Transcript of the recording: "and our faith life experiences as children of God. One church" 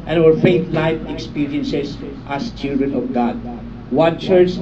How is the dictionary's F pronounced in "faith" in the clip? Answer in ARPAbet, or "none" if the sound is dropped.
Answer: F